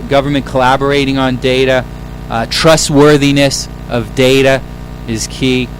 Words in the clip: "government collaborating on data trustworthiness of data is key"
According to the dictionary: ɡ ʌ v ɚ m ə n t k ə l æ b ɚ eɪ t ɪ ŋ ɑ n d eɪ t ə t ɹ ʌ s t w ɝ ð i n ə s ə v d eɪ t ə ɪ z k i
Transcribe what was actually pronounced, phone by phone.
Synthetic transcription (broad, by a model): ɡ ʌ v ɚ m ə n k ə l æ b ɚ eɪ t ɪ ŋ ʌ n d eɪ t ə t ɹ ʌ s t w ɝ ð i n ə s ə v d eɪ t ə ɪ z k i